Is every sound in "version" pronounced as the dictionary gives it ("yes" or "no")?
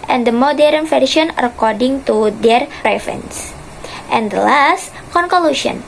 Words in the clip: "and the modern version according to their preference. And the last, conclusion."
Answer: no